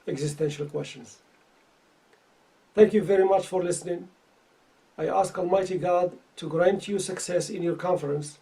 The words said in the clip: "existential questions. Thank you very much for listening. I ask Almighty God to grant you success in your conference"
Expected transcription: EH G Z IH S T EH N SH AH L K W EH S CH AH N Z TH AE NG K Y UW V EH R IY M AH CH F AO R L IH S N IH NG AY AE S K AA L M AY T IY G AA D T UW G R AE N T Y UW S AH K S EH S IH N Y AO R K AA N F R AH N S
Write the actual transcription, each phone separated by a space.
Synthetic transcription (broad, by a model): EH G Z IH S T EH N SH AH L K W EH S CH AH N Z TH AE NG K Y UW V EH R IY M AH CH F AO R L IH S N IH NG AY AE S K AA L M AY T IY G AA D T UW G R AE N T Y UW S AH K S EH S IH N Y AO R K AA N F R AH N S